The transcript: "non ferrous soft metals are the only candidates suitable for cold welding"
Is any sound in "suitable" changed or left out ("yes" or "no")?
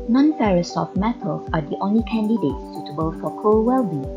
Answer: no